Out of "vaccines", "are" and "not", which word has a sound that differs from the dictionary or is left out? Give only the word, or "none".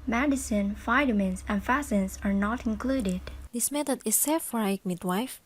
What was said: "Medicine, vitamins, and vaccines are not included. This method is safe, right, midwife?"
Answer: vaccines